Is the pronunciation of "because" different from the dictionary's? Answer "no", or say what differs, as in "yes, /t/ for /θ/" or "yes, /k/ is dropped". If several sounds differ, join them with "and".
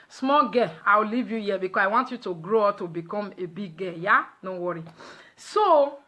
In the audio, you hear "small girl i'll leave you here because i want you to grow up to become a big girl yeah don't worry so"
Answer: yes, /s/ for /z/